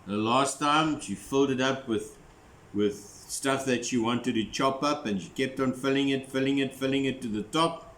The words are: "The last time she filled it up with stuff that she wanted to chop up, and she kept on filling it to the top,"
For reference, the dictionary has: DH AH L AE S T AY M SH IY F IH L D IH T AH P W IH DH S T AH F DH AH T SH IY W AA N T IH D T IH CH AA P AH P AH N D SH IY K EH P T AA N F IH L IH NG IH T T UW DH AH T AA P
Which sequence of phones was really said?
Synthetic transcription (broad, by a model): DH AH L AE S T AY M SH IY F IH L D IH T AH P W IH DH S T AH F DH AH T SH IY W AA N T IH D T IH CH AA P AH P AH N SH IY K EH P T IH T F IH L IH NG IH T T UW DH AH T AA P